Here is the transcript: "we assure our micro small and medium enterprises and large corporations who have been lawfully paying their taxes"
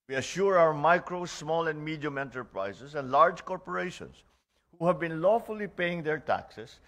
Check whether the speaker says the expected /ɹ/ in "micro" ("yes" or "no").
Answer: yes